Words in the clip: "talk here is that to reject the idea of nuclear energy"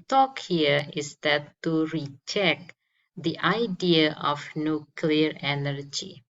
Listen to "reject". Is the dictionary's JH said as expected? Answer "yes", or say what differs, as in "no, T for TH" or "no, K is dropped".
no, CH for JH